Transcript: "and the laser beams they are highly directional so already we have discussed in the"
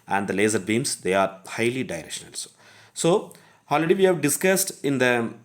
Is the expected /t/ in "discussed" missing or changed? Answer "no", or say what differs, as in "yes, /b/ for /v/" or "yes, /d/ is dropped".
no